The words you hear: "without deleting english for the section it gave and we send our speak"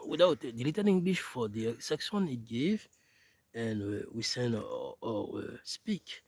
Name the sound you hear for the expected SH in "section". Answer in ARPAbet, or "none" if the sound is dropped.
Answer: S